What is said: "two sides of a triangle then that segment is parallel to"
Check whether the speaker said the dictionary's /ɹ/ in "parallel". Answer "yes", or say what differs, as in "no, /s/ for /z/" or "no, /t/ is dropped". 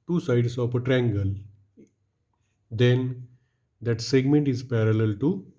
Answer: yes